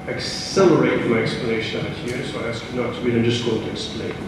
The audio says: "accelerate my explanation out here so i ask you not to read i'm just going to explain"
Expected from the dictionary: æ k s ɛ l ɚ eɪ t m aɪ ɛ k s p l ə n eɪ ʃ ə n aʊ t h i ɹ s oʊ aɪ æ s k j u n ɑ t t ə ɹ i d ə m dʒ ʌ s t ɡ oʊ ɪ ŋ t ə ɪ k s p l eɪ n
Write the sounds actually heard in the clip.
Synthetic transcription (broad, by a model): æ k s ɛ l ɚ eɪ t m aɪ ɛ k s p l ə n eɪ ʃ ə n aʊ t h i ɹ s oʊ aɪ æ s k j u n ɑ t t ə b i ə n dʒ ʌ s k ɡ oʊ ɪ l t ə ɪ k s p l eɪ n